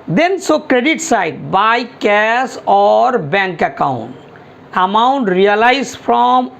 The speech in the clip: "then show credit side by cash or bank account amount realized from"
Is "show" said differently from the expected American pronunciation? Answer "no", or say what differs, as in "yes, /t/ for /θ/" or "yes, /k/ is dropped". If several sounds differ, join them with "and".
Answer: yes, /s/ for /ʃ/